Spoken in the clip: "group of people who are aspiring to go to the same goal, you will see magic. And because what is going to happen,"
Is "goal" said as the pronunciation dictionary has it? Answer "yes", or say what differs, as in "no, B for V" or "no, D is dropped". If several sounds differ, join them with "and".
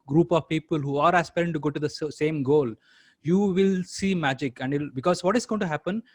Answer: yes